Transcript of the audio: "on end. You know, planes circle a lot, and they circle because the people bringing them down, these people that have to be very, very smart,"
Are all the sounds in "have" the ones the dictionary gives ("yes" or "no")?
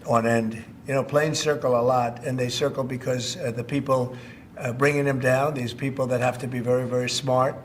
no